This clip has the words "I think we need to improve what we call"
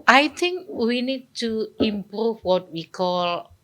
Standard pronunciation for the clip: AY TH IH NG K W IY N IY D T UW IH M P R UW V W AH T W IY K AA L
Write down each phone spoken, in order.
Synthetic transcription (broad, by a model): AY T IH NG K W IY N IY D T UW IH M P R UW F W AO T W IY K AA L